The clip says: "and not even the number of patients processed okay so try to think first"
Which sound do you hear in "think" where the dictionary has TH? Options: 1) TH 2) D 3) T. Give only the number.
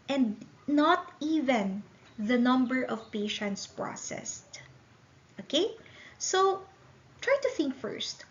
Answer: 1